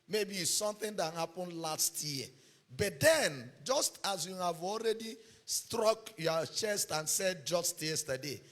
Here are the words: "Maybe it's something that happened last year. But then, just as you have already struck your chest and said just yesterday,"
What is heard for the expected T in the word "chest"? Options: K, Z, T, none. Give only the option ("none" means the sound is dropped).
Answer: T